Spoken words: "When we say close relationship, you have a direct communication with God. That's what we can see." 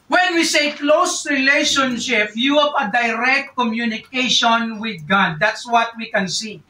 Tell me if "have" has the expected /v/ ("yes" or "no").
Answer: no